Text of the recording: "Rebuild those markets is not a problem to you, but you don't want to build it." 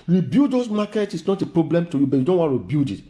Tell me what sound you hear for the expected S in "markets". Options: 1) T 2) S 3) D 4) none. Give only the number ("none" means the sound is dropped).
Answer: 4